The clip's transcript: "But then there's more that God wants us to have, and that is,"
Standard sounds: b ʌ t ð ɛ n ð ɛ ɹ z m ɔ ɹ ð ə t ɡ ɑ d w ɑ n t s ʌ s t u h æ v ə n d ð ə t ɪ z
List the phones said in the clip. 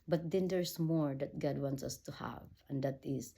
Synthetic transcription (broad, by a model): b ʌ t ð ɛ n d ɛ ɹ s m ɔ ɹ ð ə t ɡ ɑ d w ɑ n t s ʌ s t u h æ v ə n d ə t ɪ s